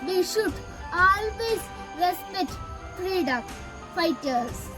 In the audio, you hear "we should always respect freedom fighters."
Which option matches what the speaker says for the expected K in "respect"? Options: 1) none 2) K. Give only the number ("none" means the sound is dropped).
1